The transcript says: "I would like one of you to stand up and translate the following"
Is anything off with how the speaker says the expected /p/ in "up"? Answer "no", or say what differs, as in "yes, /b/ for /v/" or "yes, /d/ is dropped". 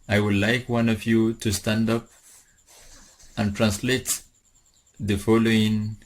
no